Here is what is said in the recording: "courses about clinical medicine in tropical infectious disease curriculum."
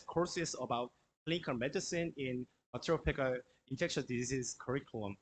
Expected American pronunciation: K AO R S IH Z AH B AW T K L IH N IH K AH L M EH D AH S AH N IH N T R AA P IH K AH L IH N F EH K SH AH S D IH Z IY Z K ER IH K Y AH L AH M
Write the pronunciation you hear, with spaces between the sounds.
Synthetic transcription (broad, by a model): K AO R S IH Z AH B AW T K L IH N K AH M EH D AH S AH N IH N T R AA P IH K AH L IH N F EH K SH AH D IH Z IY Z K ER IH K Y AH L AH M